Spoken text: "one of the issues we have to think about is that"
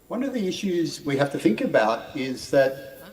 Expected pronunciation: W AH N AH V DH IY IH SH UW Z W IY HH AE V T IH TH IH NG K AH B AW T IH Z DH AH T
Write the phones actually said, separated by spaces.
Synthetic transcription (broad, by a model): W AH N AH V DH IY IH SH UW Z W IY HH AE F T IH TH IH NG K AH B AW T IH Z DH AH T